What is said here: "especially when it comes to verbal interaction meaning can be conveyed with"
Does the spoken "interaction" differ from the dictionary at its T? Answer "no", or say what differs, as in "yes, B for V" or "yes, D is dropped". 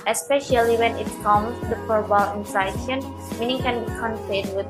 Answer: yes, S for T